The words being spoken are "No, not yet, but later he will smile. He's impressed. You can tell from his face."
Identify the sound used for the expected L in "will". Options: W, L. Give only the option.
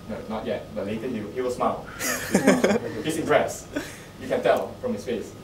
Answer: W